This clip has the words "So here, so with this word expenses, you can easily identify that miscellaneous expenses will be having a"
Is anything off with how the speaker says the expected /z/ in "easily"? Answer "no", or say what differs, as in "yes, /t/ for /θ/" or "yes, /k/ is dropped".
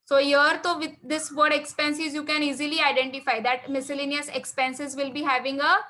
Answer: no